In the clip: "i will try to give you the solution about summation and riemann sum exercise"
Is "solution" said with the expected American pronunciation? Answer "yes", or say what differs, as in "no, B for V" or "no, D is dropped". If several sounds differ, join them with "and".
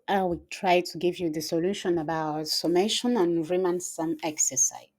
yes